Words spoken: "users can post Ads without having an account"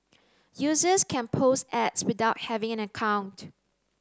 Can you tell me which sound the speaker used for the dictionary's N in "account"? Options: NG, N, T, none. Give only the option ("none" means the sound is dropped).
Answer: N